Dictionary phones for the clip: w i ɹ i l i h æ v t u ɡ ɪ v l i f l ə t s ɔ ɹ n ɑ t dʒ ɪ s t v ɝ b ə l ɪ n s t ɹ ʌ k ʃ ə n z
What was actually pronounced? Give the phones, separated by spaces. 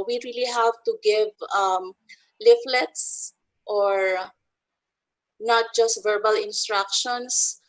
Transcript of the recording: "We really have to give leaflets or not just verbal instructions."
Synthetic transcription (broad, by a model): w i ɹ i l i h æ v t u ɡ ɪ v l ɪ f l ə t s ɔ ɹ n ɑ t dʒ ɪ s t v ɝ b ə l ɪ n s t ɹ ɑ k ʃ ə n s